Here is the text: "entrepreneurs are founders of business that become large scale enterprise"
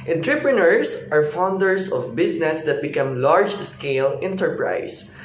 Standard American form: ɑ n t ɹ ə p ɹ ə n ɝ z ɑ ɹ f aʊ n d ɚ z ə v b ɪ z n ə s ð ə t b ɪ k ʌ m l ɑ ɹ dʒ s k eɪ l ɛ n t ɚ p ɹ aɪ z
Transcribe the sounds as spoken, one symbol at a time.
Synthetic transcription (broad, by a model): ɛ n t ɹ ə p ɹ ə n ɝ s ɑ ɹ f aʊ n d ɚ s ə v b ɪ s n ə s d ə t b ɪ k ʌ m l ɑ ɹ dʒ s k eɪ l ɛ n t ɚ p ɹ aɪ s